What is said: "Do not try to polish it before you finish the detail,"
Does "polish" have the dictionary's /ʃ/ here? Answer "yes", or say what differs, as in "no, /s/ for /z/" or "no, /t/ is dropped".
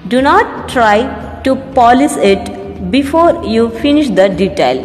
no, /s/ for /ʃ/